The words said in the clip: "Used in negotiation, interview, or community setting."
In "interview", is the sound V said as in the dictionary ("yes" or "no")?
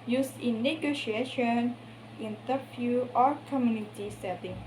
no